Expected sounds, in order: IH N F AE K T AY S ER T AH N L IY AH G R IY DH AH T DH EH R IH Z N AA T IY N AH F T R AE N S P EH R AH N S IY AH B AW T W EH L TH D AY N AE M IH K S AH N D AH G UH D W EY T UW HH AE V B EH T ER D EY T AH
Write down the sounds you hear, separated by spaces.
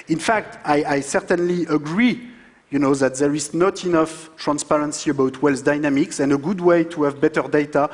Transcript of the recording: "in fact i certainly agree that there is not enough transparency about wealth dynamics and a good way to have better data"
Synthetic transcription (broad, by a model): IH N F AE K T AY S ER T AH N L IY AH G R IY DH AH T DH EH R IH Z N AA T IY N AH F T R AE N S P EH R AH N S IY AH B AW T W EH L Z D AY N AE M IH K S AH N D AH G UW D W EY T UW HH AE V B EH T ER D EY T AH